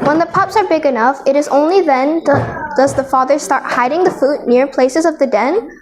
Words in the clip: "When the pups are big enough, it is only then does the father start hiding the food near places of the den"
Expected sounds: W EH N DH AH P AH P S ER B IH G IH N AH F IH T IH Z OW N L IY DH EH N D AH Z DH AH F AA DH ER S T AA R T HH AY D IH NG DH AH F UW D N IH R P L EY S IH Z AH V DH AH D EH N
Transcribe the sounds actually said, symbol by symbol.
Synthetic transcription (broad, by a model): W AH N DH AH P AH P S ER B IH G IH N AH F IH T IH Z OW N L IY DH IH N D AH Z DH AH F AA DH ER S T AA R T HH AY D IH NG DH AH F UW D N IH R P L EY S IH Z AH V DH AH D EH N